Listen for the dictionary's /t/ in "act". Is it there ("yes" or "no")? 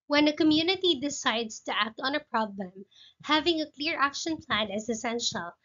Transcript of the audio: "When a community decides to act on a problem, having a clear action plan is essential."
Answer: yes